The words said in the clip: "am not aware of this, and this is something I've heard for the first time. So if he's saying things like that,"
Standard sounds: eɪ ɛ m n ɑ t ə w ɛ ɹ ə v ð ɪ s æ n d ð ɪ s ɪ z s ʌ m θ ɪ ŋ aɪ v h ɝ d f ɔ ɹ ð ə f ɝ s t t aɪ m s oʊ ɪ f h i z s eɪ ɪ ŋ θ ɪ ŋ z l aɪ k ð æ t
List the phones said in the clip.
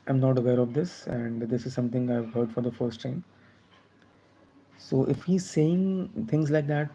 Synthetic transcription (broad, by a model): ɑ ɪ m n ɑ t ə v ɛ ɹ ə v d ɪ s æ n d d ɪ s ɪ z s ʌ m t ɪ ŋ aɪ v h ɝ d f ɔ ɹ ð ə f ɝ s t t aɪ m s oʊ ɪ f h i z s eɪ ɪ ŋ t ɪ ŋ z l aɪ k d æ t